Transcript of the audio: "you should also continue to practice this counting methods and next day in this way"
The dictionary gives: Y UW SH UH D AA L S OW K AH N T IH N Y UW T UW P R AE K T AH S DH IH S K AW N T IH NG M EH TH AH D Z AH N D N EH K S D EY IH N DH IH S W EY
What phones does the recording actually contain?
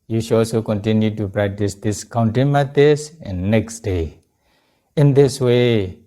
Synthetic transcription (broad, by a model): Y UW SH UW AA L S OW K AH N T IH N Y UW T UW P R AE K T AH S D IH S K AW N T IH M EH T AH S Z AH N N EH K S D EY IH N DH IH S W EY